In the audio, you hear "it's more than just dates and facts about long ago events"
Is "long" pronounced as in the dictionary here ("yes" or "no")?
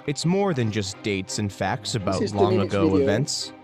yes